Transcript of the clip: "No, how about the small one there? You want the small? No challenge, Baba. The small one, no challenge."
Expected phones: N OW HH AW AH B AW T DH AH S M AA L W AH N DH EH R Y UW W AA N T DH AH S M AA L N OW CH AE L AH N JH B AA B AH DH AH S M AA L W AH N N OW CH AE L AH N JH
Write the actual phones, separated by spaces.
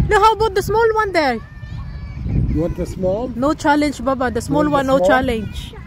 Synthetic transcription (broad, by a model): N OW HH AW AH B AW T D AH S M AA L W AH N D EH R Y UW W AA T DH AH S M AA L N OW CH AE L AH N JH B AA B AH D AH S M AA L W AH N N OW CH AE L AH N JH